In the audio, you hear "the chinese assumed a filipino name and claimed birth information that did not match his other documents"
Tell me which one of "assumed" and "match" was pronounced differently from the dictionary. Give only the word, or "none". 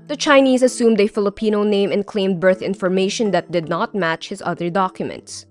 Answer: none